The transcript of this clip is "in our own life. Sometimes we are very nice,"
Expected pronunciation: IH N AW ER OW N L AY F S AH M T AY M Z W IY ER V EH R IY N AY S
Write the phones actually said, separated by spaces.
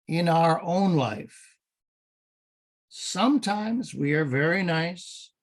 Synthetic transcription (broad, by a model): IH N AW ER OW N L AY F S AH M T AY M Z W IY ER V EH R IY N AY S